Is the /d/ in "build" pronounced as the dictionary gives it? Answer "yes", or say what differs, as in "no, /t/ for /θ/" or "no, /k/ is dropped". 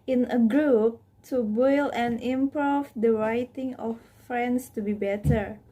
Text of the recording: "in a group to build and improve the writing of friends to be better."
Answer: no, /d/ is dropped